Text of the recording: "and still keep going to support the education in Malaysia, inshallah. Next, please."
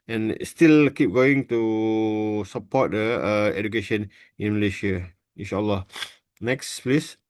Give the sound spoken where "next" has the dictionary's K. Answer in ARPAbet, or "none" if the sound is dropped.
K